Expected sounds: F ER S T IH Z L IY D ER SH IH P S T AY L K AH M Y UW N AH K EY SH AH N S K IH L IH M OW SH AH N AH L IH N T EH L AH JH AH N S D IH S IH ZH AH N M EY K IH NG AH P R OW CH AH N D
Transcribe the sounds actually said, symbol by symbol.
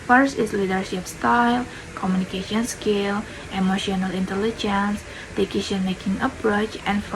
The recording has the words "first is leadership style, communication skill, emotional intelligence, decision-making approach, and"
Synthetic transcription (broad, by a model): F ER S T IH S L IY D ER SH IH P S T AY L K AH M Y UW N AH K EY SH AH N S K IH L IH M OW SH AH N AH L IH N T EH L AH JH AH N S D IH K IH SH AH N M EY K IH NG AH P R OW CH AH N